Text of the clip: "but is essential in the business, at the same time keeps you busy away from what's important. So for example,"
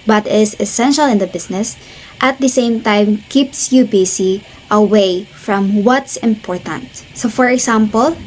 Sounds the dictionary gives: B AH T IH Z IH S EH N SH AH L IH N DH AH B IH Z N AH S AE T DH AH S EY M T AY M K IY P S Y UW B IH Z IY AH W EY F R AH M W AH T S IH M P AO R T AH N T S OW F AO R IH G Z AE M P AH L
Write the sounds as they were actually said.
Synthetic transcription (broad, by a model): B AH T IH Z IH S EH N SH AH L IH N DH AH B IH S N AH S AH T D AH S EY M T AY M K IY P S Y UW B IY S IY AH W EY F R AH M W AH T S IH M P AO R T AH N T S OW F AO R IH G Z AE M P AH L